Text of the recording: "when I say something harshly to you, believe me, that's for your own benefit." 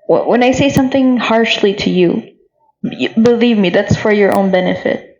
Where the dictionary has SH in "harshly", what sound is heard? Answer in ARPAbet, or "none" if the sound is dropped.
SH